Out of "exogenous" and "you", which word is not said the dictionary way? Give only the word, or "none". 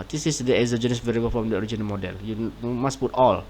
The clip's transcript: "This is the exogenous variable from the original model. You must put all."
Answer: exogenous